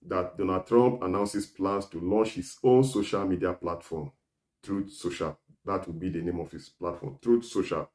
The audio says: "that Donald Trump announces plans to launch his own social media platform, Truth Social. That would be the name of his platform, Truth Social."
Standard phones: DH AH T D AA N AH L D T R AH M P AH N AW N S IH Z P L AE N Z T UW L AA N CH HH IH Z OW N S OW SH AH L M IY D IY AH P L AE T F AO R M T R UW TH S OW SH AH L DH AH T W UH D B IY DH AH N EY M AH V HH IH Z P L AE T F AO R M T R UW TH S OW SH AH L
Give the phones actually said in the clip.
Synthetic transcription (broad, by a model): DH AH T D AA N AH D T R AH M P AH N AW N S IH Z P L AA N S T UW L AA N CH HH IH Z OW N S OW SH AH L M IY D IY AH P L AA T F AO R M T R UW S OW SH AH L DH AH T W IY B IY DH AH N EY M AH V HH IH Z P L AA T F AO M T R UW S OW SH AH L